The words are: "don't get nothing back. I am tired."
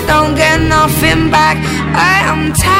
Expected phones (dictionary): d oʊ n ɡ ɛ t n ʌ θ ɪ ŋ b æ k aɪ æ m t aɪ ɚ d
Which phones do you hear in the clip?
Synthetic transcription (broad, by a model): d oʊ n ɡ ɛ t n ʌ f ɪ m b æ k aɪ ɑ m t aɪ